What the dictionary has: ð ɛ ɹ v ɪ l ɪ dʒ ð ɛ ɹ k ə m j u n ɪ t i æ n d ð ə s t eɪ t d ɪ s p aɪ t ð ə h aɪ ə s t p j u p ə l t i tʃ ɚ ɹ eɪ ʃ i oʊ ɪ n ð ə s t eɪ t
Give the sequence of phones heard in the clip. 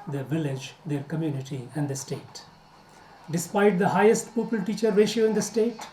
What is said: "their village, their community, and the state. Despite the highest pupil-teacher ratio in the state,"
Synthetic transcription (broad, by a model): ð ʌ v ɪ l ɪ dʒ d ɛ ɹ k ə m j u n ɪ t i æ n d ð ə s t eɪ t d ɪ s p aɪ t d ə h aɪ ə s t p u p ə l t i tʃ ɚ ɹ eɪ ʃ i oʊ ɪ n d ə s t eɪ t